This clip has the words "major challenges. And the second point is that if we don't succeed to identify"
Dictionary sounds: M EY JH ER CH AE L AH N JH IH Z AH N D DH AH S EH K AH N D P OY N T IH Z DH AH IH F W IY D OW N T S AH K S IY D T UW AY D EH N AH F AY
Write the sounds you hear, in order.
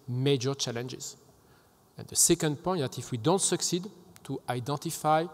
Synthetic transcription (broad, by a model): M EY JH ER CH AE L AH N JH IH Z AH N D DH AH S EH K AH N D P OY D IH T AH F W IY D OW N T S AH K S IY D T UW AY D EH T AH F AY